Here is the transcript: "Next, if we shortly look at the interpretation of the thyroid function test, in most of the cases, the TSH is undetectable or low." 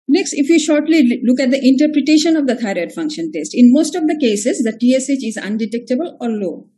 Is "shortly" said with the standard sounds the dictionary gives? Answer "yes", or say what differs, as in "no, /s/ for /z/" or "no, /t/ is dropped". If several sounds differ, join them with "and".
yes